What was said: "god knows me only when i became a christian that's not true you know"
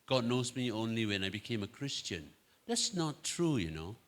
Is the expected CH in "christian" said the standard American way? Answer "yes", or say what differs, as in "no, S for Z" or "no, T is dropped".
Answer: yes